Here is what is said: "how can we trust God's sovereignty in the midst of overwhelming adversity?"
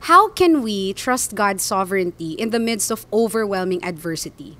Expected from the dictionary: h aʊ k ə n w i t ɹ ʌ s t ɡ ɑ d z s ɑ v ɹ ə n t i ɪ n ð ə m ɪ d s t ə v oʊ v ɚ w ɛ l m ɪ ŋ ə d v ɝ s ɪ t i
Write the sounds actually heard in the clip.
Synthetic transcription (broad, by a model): h aʊ k ə n w i t ɹ ʌ s t ɡ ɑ d s ɑ v ɹ ə n t i ɪ n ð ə m ɪ d s t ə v oʊ v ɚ w ɛ l m ɪ ŋ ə d v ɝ s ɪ t i